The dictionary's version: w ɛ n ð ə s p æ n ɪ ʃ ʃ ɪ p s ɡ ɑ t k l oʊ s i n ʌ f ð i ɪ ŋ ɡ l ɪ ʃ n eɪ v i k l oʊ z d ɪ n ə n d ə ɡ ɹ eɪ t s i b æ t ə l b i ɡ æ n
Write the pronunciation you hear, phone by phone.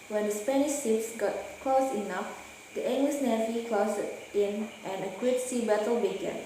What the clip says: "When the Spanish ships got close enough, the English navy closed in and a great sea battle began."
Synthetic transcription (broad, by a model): w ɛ n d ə s p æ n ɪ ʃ s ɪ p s ɡ ɑ t k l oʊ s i n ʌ f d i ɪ ŋ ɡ l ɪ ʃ n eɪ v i k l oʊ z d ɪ n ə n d ə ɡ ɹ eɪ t s i b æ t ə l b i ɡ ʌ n